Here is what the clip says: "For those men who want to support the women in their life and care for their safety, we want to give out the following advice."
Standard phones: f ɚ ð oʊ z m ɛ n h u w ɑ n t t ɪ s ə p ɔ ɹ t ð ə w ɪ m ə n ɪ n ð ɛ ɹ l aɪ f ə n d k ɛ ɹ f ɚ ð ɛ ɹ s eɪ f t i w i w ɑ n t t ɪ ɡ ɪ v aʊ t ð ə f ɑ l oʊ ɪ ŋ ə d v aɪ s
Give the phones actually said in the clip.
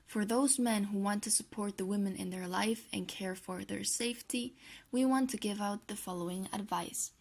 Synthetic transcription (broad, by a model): f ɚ ð oʊ z m ɛ n h u w ɑ n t t ɪ s ə p ɔ ɹ t ð ə w ɪ m ə n ɪ n ð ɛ ɹ l aɪ f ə n k ɛ ɹ f ɚ ð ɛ ɹ s eɪ f t i w i w ɑ n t t ɪ ɡ ɪ v aʊ t ð ə f ɑ l oʊ ɪ ŋ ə d v aɪ s